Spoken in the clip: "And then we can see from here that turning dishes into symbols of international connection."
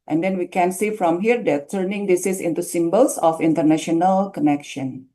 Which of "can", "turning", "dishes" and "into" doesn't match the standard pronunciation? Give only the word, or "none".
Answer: dishes